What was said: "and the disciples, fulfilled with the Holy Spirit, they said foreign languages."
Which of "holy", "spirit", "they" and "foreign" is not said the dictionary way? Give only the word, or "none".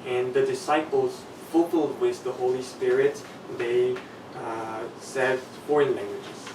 none